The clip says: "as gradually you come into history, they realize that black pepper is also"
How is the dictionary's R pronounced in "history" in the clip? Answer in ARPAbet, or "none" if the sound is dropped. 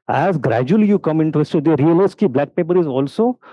none